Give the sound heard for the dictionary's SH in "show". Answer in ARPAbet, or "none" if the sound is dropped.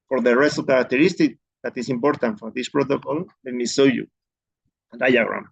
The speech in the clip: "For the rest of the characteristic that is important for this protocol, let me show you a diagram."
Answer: S